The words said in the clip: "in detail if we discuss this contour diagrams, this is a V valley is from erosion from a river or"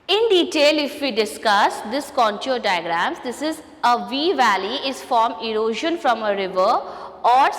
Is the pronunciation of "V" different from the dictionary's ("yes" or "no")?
no